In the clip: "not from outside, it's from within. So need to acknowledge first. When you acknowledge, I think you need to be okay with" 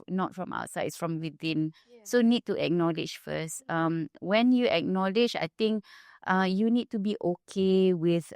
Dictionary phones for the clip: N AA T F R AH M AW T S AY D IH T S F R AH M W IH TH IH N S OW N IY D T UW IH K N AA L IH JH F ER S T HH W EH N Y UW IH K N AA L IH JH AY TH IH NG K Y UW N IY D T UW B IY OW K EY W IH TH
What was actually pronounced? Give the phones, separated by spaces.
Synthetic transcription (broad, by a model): N AA T F R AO M AW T S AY IH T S F R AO M W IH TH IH N S OW N IY D T UW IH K N AA L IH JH F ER S T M W EH N Y UW IH K N AA L IH JH AY T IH NG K Y UW N IY D T UW B IY OW K EY W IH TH